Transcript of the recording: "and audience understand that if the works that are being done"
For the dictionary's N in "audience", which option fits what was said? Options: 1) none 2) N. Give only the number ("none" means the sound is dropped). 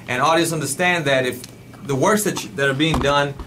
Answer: 1